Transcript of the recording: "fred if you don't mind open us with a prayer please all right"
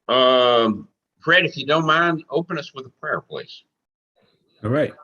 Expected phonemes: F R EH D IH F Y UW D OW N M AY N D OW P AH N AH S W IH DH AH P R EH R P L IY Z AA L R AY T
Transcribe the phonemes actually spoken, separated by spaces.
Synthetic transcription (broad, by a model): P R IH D IH F Y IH D OW N M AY N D OW P AH N AH S W IH DH AH P R EH R P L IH S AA R AY T